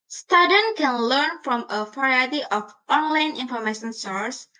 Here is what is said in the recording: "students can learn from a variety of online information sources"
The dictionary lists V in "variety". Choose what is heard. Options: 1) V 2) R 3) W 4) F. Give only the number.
4